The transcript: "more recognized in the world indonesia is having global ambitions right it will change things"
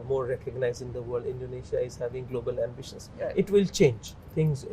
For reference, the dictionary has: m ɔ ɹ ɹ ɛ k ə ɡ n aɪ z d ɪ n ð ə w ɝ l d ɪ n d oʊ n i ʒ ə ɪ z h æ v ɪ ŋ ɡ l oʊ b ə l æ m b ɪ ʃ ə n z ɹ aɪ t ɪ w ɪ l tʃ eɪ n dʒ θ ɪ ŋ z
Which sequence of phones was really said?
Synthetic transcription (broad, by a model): m ɔ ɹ ɹ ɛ k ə ɡ n aɪ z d ɪ n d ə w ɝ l d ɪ n d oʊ n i ʃ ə ɪ z h æ v ɪ ŋ ɡ l oʊ b ə l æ m b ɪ ʃ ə n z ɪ t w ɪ l tʃ eɪ n dʒ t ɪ ŋ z